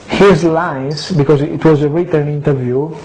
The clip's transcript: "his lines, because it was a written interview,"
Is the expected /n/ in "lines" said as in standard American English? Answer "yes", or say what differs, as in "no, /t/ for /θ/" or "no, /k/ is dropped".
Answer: no, /n/ is dropped